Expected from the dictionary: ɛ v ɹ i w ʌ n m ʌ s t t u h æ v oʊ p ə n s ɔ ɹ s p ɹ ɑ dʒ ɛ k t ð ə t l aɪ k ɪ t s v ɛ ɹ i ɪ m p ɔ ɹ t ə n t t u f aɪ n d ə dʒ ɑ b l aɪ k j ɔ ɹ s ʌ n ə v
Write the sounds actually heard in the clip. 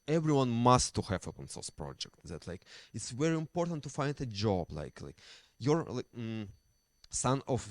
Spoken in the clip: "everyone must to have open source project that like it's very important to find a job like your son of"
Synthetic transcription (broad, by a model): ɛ v ɹ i w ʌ n m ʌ s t t u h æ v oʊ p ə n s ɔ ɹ s p ɹ ɑ dʒ ɛ k t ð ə t l aɪ k ɪ t s v ɛ ɹ i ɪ m p ɔ ɹ t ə n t t u f aɪ n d ə dʒ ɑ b l aɪ k j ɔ ɹ s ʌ n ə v